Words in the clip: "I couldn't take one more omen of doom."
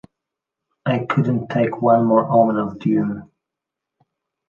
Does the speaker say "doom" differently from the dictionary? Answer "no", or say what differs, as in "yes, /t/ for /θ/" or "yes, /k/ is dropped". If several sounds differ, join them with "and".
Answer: yes, /m/ is dropped